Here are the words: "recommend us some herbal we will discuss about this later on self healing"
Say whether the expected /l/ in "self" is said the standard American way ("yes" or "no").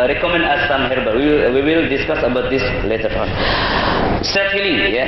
no